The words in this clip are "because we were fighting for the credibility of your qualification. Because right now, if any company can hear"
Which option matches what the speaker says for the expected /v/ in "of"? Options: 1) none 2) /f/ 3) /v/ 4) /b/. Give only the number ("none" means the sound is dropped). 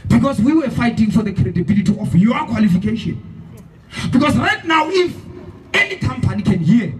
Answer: 2